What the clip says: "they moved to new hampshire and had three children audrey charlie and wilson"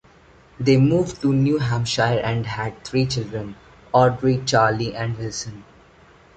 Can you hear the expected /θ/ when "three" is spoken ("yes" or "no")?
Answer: no